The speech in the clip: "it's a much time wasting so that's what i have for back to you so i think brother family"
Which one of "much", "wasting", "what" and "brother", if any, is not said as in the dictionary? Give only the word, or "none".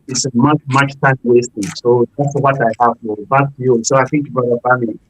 brother